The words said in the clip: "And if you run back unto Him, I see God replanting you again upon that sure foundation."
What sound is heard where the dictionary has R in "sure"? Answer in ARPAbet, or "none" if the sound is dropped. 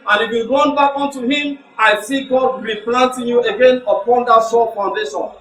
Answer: L